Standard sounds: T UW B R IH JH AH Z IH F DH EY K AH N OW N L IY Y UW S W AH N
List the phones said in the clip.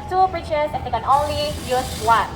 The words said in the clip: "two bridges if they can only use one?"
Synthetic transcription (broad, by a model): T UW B R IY CH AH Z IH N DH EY K AH N OW N L IY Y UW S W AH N